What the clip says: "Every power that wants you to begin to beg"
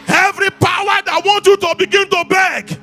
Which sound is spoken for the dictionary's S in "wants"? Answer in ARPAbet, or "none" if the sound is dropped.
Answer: none